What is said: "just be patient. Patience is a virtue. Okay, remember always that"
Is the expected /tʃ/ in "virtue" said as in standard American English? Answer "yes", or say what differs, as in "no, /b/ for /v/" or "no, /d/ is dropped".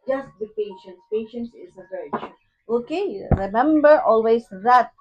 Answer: no, /ʃ/ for /tʃ/